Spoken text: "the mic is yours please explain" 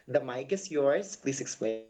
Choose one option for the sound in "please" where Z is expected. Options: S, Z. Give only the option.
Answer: S